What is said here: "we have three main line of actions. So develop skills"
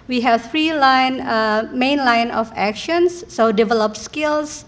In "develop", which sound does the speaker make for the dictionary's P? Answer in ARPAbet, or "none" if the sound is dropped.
P